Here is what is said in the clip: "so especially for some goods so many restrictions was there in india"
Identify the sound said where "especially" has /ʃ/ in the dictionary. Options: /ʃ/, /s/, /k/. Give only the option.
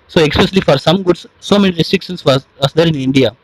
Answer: /s/